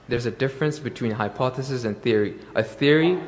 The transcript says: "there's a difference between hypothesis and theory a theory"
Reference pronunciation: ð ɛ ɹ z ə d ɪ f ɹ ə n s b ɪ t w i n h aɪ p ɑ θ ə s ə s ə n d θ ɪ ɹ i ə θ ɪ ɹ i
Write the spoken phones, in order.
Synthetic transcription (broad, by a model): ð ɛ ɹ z ə d ɪ f ɹ ə n s b ɪ t w i n h aɪ p ɑ θ ə s ə s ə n θ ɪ ɹ i ə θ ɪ ɹ i